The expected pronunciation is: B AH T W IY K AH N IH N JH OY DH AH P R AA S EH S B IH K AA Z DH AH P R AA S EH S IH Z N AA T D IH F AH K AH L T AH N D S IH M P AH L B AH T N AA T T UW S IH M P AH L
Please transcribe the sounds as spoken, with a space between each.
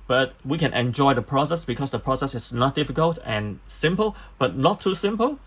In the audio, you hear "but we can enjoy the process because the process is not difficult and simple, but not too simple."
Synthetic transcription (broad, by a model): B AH T W IY K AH N IH N JH OY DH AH P R AA S EH S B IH K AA S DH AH P R AA S EH S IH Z N AA T D IH F AH K AH L T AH N S IH M P AH L B AH T N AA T T UW S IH M P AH L